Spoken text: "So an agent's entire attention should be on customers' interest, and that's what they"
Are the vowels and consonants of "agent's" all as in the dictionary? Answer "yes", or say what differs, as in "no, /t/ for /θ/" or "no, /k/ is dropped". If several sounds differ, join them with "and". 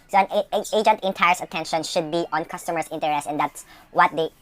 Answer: no, /s/ is dropped